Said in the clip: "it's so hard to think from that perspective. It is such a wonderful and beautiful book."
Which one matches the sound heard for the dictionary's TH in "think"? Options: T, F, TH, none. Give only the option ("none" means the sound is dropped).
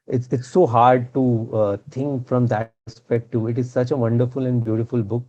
T